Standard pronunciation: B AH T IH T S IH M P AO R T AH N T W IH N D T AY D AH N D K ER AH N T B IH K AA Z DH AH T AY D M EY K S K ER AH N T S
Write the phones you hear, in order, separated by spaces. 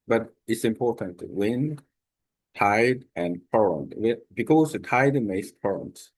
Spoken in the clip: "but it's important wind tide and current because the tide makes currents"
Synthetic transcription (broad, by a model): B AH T IH T S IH M P AO R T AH N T W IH N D T AY D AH N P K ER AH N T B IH K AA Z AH T AY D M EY S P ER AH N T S